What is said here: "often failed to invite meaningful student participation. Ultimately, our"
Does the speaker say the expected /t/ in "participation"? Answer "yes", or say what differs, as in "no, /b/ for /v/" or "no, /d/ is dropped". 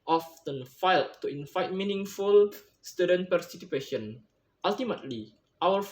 no, /s/ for /t/